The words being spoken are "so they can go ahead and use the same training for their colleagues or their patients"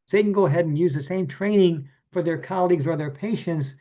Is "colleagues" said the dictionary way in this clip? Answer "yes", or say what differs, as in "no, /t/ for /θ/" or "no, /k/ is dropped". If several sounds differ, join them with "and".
yes